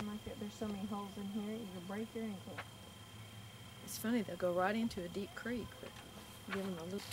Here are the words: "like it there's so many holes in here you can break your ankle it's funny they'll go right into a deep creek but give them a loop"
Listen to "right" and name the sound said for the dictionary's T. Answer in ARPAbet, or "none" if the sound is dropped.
T